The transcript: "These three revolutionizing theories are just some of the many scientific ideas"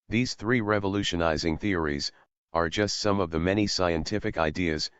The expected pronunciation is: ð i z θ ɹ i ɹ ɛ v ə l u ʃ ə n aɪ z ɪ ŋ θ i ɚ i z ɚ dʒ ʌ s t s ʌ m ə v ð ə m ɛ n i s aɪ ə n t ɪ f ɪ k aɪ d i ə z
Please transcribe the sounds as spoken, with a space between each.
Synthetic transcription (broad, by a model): ð i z θ ɹ i ɹ ɛ v ə l u ʃ ə n aɪ z ɪ ŋ θ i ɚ i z ɚ dʒ ʌ s t s ʌ m ə v ð ə m ɛ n i s aɪ ə n t ɪ f ɪ k aɪ d i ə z